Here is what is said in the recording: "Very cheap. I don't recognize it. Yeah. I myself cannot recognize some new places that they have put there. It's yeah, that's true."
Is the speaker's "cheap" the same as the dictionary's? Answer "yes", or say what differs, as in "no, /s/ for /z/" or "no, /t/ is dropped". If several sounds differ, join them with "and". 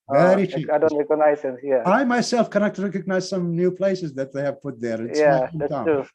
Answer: no, /p/ is dropped